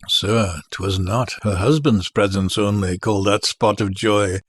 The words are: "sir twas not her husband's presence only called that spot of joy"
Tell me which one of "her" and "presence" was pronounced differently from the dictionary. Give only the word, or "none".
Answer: none